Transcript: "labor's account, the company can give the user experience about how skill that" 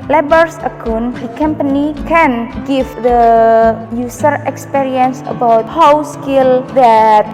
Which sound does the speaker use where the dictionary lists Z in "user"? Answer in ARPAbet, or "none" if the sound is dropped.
S